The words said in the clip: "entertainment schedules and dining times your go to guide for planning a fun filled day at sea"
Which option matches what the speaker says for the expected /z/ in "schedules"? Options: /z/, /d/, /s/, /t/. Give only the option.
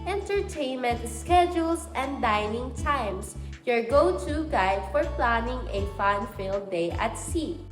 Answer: /s/